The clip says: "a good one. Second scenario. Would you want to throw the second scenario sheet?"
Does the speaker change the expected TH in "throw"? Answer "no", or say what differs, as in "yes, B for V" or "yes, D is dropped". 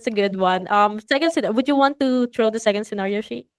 yes, T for TH